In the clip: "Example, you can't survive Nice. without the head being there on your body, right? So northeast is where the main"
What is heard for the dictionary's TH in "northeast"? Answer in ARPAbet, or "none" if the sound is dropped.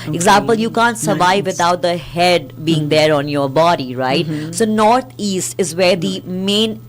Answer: T